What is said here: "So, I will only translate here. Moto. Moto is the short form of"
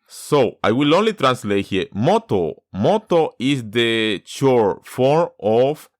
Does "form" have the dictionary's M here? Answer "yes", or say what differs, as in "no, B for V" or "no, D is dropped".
no, M is dropped